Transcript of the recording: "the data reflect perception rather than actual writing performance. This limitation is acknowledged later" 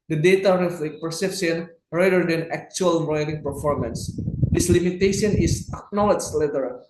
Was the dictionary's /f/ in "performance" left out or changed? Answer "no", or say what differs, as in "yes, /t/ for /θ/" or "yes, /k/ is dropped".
no